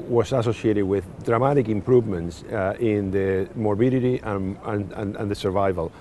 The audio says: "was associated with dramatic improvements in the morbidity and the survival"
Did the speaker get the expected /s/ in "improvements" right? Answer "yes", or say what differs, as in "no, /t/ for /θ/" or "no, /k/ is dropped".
yes